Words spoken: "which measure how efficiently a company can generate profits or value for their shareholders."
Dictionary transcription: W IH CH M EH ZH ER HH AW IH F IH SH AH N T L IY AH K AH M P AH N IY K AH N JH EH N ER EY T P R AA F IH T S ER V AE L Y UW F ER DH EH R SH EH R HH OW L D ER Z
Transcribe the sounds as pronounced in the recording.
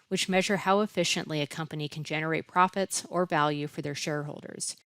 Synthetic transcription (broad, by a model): W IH CH M EH ZH ER HH AW IH F IH SH AH N T L IY AH K AH M P AH N IY K N JH EH N ER EY T P R AA F IH T S ER V AE L Y UW F ER DH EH R SH EH R HH OW L D ER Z